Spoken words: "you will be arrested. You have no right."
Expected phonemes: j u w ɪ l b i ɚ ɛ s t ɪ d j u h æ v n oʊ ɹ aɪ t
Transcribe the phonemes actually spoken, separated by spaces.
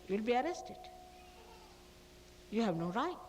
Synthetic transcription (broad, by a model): j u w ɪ l b i ɚ ɛ s t ɪ d j u h æ v n oʊ ɹ aɪ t